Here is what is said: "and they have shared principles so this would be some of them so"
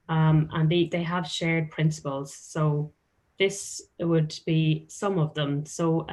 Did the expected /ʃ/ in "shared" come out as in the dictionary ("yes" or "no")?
yes